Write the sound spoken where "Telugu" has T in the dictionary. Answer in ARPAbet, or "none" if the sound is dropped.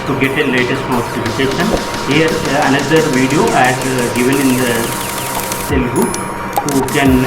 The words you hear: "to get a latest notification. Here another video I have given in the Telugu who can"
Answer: S